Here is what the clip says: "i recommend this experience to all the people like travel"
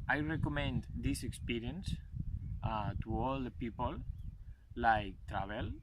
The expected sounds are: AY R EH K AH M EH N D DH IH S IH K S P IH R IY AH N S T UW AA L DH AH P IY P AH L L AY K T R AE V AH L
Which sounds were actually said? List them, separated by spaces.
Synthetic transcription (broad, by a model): AY R EH K AH M EH N D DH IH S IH K S P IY R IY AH N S T UW AA L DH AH P IY P AH L L AY K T R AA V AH L